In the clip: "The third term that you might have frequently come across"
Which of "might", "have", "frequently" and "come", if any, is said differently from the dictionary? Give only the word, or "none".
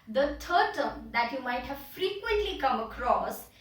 none